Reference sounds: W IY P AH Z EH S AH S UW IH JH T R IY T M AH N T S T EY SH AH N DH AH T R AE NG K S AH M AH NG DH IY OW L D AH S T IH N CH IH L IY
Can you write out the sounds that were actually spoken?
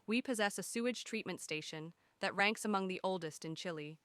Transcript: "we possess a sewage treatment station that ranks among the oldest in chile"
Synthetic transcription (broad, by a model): W IY P AH Z EH S AH S UW IH JH T R IY T M AH N T S T EY SH AH N DH AH T R AE NG K S AH M AH NG DH IY OW L D AH S T IH N CH IH L IY